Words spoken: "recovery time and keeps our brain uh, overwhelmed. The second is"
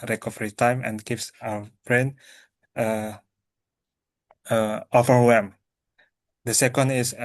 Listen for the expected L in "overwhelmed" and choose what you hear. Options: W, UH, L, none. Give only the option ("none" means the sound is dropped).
none